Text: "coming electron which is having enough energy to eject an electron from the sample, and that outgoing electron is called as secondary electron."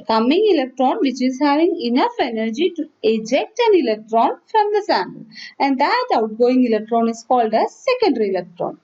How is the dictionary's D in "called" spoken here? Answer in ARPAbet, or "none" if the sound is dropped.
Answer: D